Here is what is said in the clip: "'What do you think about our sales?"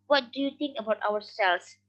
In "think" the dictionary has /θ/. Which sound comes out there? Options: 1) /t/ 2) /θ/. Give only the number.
1